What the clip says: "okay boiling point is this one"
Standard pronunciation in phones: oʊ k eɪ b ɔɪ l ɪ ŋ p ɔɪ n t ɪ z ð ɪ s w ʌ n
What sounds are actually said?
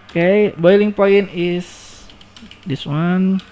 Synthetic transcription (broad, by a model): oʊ k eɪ b ɔɪ l ɪ ŋ p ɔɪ n ɪ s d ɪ s w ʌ n